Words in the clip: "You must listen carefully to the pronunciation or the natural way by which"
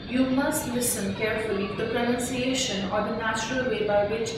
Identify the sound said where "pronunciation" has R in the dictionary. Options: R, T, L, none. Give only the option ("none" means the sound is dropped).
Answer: R